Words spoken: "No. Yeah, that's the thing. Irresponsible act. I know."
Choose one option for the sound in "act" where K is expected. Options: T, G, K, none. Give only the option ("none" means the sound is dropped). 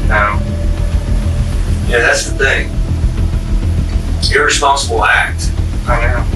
K